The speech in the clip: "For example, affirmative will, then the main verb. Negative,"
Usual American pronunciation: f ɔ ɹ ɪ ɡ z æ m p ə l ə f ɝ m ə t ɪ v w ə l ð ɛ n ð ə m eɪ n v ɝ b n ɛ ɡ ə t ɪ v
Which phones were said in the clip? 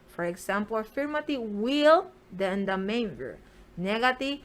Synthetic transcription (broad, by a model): f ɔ ɹ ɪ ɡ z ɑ m p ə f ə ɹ m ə t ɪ w ə l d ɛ n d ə m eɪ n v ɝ n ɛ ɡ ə t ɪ